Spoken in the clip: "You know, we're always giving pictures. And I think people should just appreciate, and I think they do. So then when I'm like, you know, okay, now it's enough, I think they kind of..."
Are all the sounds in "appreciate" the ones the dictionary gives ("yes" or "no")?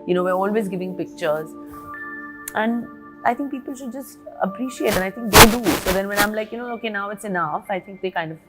yes